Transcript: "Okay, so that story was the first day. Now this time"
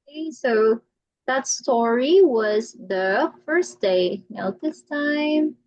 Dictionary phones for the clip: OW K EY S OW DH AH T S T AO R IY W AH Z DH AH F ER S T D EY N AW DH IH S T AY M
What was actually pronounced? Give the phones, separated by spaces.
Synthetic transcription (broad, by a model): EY S OW DH AH T S T AO R IY W AH Z DH AH F ER S D EY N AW DH IH S T AY M